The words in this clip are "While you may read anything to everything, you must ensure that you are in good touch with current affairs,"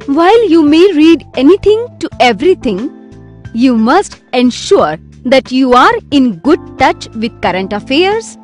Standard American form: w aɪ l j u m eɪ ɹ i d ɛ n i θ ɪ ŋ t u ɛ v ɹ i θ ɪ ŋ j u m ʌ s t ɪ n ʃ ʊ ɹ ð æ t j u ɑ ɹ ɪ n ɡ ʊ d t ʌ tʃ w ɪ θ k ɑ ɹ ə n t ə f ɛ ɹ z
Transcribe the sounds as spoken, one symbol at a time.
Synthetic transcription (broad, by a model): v aɪ l j u m eɪ ɹ i d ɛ n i t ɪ ŋ t u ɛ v ɹ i t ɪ ŋ j u m ʌ s t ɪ n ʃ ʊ ɹ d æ t j u ɑ ɹ ɪ n ɡ ʊ d t ʌ tʃ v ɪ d k ɑ ɹ ə n t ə f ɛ ɹ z